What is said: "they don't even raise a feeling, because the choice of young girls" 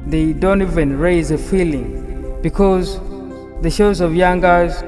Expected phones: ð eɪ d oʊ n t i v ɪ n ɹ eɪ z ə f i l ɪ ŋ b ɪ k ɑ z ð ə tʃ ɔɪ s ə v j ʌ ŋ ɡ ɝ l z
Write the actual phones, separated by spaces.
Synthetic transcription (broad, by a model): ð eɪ d oʊ n t i v ɪ n ɹ eɪ z ə f i l ɪ ŋ b ɪ k ɑ z ð ə ʃ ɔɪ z ə v j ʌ ŋ ɡ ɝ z